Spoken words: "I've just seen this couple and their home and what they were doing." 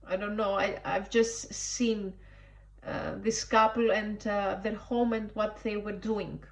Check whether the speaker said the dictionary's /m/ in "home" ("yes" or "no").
yes